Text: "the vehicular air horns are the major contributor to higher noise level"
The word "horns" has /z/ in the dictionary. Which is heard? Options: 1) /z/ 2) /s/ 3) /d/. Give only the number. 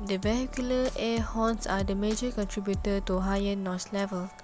2